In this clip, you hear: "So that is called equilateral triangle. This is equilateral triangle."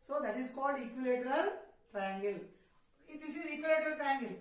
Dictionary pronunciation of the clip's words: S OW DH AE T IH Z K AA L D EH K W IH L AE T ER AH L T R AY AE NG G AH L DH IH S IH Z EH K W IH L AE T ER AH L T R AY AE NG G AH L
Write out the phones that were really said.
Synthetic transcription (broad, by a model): S OW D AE T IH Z K AA L D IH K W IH L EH T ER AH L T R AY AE NG G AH L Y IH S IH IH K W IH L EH T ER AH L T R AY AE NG G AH L